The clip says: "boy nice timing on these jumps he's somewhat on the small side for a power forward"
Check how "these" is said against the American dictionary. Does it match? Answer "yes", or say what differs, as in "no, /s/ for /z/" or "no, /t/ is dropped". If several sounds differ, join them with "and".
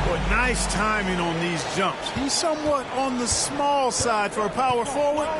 yes